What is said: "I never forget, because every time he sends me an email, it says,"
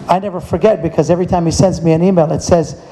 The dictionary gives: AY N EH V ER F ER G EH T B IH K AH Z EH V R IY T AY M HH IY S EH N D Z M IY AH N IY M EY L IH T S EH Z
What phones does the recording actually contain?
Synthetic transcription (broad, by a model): AY N EH V ER F ER G EH T B IH K AH Z EH V R IY T AY M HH IY S EH N D Z M IY AH N IY M EY L IH T S EH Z